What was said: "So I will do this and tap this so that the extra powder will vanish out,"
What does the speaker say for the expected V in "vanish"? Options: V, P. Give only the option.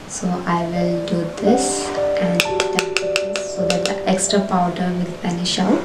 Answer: P